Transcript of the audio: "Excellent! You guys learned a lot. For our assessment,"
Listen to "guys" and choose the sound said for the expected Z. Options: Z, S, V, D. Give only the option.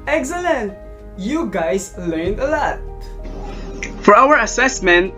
S